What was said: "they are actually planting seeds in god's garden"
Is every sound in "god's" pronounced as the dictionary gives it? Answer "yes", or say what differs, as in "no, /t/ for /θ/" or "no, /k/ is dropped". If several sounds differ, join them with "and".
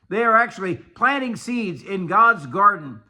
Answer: yes